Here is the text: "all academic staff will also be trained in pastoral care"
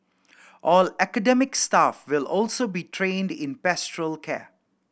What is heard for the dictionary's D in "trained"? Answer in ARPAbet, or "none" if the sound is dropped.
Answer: D